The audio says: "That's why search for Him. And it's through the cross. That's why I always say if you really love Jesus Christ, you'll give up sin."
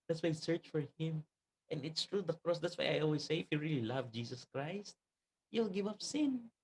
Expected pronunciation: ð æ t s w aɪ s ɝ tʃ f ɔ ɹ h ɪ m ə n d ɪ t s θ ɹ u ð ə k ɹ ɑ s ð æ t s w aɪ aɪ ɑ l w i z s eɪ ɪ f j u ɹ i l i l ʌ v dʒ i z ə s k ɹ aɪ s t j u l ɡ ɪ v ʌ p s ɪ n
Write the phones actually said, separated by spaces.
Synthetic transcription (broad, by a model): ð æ t s w aɪ s ɝ tʃ f ɔ ɹ h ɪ m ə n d ɪ t s t ɹ u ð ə k ɹ ɑ s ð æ t s w aɪ aɪ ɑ l w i s eɪ ɪ f j u ɹ i l i l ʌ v dʒ i s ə s k ɹ aɪ s t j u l ɡ ɪ v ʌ p s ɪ n